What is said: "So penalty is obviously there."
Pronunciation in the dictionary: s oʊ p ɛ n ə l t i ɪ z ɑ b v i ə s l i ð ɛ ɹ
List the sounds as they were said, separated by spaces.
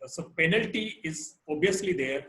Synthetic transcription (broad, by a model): s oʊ p ɛ n ə l t i ɪ z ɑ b i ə s l i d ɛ ɹ